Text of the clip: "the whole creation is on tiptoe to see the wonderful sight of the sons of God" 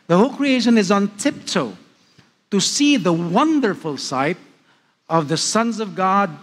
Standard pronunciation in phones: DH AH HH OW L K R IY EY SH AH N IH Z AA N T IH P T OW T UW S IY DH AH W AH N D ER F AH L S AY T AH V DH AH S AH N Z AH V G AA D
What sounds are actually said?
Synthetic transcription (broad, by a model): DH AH HH OW L K R IY EY SH AH N IH Z N T IH P T OW T UW S IY DH AH W AH N D ER F AH L S AY T AH V DH AH S AH N Z AH V G AA D